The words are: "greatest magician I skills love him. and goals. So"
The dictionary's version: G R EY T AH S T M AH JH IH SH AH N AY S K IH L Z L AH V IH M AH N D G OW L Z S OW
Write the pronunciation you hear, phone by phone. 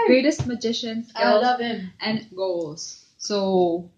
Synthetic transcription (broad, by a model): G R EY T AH S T M AH JH IH SH AH N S EH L L AH V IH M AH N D G OW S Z S OW